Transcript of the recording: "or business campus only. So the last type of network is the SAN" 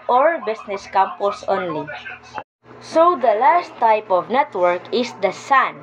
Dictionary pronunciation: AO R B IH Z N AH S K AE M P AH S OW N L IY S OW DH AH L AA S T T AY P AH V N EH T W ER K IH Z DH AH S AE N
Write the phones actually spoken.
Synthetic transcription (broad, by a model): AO R B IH S N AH S K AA M P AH S OW N L IY S OW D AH L AA S T T AY P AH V N EH T W ER K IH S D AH S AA N